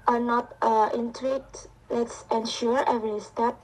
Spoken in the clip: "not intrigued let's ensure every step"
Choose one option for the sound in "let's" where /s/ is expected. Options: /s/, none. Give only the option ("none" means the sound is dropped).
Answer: /s/